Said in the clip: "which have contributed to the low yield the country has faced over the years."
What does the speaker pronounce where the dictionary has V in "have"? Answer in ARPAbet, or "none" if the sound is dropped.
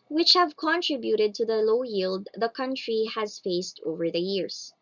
V